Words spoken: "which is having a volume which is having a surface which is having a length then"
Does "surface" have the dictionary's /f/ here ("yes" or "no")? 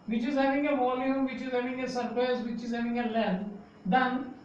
no